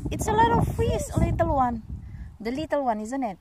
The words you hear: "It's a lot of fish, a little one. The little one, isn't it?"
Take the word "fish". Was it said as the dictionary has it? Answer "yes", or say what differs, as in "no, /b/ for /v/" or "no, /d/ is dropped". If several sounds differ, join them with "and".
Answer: no, /s/ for /ʃ/